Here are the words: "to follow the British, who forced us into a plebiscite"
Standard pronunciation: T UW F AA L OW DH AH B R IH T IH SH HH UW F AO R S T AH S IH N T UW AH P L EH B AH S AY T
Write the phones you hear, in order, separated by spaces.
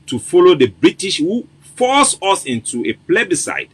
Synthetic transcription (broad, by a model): T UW F AA L OW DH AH B R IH T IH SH HH UW F AO S AH S IH N T UW AH P L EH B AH S AY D